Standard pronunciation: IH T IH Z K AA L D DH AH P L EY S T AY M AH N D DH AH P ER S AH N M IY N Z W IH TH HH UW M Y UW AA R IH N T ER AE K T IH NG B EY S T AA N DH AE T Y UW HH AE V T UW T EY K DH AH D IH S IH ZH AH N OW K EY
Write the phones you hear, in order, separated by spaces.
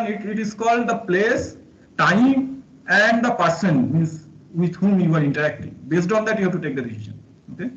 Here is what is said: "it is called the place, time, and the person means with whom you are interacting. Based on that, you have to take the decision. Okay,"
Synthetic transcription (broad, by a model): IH T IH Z K AA L D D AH P L EY S T AY M AH N D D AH P ER S AH N M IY N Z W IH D HH UW M Y UW AA R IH N T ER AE K T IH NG B EY S T AA N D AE T Y UW HH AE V T UW T EY K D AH D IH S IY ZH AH N OW K EY